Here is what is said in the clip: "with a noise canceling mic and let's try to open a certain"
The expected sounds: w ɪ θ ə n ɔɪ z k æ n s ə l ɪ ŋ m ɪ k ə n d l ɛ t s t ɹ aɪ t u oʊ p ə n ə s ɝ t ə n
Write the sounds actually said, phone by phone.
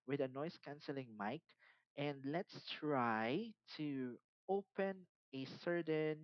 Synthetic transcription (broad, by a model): w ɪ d ə n ɔɪ s k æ n s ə l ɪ ŋ m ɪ k ə n d l ɛ t s t ɹ aɪ t u oʊ p ə n ə s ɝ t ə n